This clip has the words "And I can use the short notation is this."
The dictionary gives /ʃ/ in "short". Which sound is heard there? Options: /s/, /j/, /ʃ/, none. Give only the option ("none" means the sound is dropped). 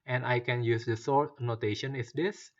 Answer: /s/